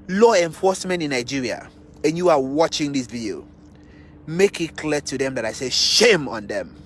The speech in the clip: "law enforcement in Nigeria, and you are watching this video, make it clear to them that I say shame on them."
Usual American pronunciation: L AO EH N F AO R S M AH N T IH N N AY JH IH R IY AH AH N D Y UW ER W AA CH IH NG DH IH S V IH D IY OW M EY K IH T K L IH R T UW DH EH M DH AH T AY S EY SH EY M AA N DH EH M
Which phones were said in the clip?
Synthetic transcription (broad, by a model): L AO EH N F AO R S M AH N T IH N N AY JH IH R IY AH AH N Y UW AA W AA CH IH NG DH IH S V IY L M EY K IH T K L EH T UW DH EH M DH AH T AY S EY SH EY M AA N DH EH M